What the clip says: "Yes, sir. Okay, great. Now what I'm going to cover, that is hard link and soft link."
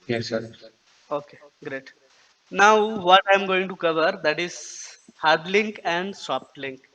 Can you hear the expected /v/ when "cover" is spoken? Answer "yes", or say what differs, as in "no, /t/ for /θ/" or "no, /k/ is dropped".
yes